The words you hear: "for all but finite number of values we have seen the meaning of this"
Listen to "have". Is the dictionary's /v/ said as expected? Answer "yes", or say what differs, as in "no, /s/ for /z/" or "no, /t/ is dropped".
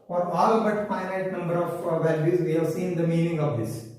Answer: yes